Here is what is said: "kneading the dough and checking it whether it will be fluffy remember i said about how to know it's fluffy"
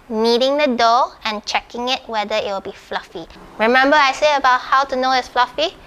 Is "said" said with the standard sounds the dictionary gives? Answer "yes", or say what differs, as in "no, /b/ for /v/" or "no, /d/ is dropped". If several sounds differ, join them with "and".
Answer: no, /d/ is dropped